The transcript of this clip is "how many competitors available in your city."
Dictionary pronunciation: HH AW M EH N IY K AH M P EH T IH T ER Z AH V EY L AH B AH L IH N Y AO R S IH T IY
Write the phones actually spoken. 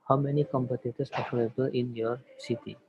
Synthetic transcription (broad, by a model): HH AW M EH N IY K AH M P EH T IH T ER S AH F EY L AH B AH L IH N Y AO R S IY T IY